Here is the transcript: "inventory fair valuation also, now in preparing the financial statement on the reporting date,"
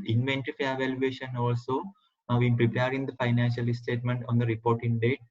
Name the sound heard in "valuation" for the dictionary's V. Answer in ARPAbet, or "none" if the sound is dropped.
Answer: V